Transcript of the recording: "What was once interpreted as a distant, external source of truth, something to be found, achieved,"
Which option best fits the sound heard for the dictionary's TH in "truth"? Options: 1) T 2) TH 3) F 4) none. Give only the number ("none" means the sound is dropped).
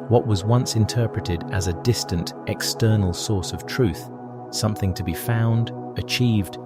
2